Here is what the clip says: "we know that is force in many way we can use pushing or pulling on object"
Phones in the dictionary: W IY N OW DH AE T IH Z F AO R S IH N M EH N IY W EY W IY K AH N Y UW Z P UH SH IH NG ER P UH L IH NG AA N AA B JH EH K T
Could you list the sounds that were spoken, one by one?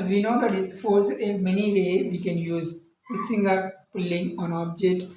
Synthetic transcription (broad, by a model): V IY N OW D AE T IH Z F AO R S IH M EH N IY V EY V IY K AH N Y UW Z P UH S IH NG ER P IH L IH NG AA N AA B JH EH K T